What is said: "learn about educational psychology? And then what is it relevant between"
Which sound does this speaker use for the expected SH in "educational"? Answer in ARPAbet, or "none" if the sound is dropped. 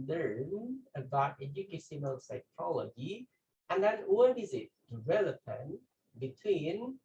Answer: S